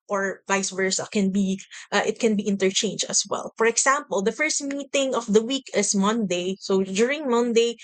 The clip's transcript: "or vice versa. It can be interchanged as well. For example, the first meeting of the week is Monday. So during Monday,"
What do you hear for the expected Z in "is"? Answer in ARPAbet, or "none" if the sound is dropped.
S